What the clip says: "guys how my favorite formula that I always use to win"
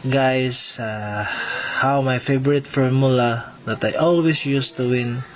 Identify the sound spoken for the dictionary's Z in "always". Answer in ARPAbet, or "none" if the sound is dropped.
S